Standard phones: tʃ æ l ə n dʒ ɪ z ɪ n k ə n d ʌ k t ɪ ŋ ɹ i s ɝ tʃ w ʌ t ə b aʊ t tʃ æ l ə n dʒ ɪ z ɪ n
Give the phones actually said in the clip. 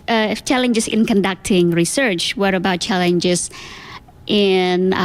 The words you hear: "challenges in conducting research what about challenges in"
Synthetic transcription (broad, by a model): tʃ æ l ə n dʒ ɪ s ɪ n k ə n d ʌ k t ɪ ŋ ɹ i s ɝ tʃ w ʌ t ə b aʊ t tʃ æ l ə n dʒ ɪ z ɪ n